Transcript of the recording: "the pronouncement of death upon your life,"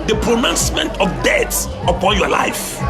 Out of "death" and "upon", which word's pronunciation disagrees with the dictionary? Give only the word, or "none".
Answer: death